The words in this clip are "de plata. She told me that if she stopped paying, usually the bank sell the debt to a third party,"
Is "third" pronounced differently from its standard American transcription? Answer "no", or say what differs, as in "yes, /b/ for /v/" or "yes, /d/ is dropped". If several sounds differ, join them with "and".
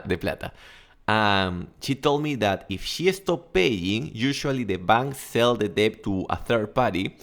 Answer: no